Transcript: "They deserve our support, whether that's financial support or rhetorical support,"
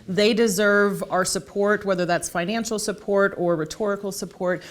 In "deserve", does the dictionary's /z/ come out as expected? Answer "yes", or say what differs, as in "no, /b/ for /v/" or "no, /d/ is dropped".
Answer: yes